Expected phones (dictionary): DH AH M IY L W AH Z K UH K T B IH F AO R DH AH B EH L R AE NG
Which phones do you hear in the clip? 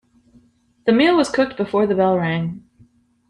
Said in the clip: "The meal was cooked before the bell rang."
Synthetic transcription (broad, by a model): DH AH M IY L W AH Z K UH K T B IH F AO R DH AH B EH L R AE NG